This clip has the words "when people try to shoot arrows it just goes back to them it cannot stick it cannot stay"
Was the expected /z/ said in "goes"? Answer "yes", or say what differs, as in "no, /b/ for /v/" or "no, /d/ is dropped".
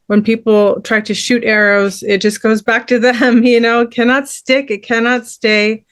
yes